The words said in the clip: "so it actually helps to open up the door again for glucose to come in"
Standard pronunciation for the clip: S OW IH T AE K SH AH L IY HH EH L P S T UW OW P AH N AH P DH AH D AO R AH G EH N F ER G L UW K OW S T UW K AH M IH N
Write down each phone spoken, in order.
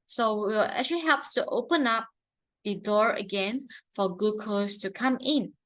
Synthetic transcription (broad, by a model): S OW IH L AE K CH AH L IY HH EH L P S T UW OW P AH N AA P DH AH D AO R AH G EH N F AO G UW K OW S T UW K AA M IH N